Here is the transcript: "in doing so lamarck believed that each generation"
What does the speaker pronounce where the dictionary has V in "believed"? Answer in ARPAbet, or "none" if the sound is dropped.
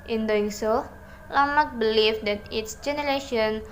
F